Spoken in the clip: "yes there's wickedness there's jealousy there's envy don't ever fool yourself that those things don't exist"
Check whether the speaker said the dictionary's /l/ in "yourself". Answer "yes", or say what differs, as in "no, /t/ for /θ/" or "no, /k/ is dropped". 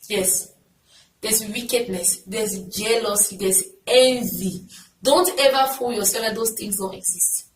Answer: no, /l/ is dropped